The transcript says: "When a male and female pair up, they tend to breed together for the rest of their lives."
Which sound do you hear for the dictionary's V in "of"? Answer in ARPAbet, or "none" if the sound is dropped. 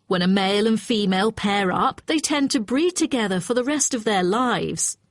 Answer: V